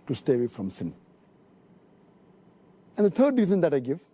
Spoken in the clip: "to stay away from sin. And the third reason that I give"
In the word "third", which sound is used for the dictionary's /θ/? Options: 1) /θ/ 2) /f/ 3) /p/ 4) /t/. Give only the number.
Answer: 4